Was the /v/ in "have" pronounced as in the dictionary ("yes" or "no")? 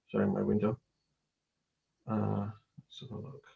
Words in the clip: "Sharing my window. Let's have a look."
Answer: no